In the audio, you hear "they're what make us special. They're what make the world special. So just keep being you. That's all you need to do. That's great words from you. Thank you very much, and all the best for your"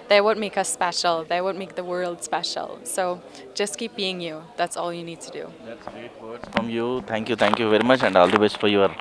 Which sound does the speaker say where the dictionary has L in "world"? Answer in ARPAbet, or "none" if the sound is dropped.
L